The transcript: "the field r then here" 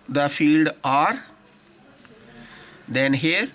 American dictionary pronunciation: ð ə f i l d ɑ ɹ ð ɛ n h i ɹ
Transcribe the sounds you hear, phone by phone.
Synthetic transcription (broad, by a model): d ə f i l d ɑ ɹ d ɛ n h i ɹ